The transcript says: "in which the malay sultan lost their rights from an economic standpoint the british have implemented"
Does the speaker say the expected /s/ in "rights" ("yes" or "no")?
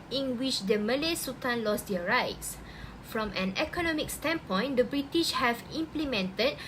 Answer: yes